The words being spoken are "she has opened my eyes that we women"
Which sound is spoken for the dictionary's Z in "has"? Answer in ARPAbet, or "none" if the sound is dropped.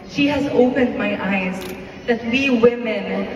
Z